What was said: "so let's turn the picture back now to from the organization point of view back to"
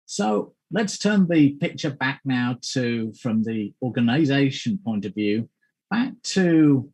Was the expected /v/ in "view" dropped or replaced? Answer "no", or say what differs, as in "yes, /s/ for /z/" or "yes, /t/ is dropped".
no